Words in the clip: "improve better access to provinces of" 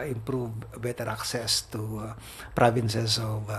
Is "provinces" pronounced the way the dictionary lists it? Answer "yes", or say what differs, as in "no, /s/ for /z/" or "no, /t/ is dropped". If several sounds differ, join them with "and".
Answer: no, /s/ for /z/